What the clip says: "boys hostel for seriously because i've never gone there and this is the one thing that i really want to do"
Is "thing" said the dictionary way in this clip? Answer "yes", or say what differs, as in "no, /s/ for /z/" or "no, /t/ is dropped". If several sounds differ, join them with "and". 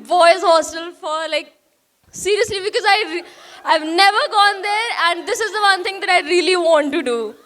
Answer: no, /t/ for /θ/